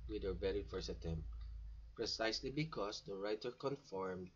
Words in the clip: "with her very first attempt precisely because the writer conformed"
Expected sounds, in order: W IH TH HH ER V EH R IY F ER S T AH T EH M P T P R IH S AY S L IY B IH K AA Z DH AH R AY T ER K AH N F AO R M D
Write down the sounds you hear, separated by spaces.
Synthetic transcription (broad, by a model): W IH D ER B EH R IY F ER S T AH T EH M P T P R IH S AY S L IY B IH K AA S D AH R AY T ER K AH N F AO R M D